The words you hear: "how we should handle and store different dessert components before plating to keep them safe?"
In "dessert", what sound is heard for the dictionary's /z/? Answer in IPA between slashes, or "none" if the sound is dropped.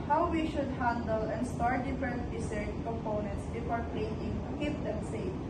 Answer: /s/